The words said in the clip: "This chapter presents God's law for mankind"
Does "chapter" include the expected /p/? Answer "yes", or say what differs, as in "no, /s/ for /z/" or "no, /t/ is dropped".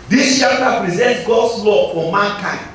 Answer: no, /p/ is dropped